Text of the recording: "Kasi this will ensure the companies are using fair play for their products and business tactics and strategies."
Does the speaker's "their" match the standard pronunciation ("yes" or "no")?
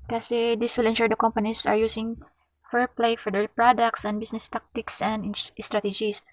no